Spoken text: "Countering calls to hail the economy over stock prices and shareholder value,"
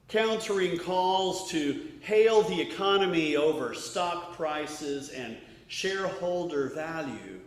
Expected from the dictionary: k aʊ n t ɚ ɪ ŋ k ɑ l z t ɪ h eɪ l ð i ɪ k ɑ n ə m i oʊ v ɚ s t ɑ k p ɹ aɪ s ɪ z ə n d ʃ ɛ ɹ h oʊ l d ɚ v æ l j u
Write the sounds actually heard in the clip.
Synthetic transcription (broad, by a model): k aʊ n t ɚ ɪ ŋ k ɑ l z t ɪ h eɪ l ð i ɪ k ɑ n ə m i oʊ v ɚ s t ɑ k p ɹ aɪ s ɪ z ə n ʃ ɛ ɹ h oʊ l d ɚ v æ l j u